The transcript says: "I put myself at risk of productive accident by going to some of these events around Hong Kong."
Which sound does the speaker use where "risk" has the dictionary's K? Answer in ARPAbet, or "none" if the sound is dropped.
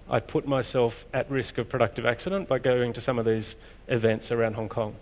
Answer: K